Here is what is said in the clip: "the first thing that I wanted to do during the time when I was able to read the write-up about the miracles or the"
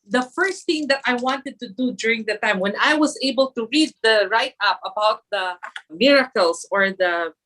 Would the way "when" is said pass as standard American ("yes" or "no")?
yes